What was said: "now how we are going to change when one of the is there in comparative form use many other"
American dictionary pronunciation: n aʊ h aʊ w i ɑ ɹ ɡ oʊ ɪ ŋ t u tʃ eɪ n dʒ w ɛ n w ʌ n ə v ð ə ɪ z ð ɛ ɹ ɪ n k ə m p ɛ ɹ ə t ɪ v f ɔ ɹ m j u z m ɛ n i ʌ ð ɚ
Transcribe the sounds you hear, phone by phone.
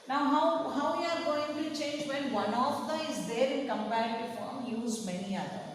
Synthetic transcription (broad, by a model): n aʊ h aʊ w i ɑ ɹ ɡ oʊ ɪ ŋ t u tʃ eɪ n dʒ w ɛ n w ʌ n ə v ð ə ɪ z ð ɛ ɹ ɪ n k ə m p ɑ ə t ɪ f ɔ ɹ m j u z m ɛ n i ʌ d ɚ